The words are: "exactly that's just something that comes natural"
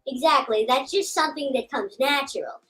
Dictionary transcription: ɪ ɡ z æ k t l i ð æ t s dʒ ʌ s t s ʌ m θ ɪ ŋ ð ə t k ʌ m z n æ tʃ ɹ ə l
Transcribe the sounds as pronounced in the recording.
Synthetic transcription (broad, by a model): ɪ ɡ z æ k t l i ð æ t s dʒ ʌ s t s ʌ m θ ɪ ŋ ð ə t k ʌ m z n æ tʃ ɹ l